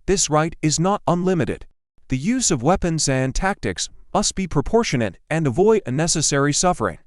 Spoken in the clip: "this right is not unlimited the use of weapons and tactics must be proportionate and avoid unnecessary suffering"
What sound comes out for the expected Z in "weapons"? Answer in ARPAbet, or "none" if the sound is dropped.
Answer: Z